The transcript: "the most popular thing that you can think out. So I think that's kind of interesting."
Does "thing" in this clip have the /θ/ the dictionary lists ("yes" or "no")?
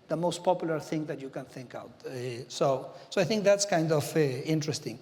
yes